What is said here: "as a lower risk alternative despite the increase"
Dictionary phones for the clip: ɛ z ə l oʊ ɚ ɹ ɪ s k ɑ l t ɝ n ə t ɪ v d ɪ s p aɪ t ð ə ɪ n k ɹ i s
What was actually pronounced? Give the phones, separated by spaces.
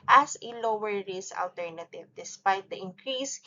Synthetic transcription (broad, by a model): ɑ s ə l oʊ ɚ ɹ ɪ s ɑ l t ɝ n ə t ɪ v d ɪ s p aɪ t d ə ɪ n k ɹ i s